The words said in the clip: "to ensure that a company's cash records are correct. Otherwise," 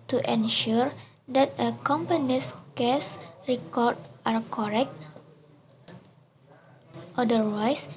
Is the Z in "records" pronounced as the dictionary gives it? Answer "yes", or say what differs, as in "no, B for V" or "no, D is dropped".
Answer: no, Z is dropped